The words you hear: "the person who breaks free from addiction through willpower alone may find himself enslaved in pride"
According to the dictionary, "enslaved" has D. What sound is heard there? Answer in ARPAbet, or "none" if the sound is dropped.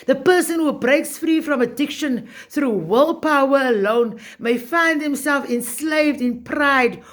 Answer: D